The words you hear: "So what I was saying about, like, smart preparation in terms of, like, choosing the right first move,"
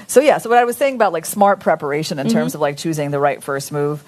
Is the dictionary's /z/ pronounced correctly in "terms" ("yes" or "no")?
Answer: yes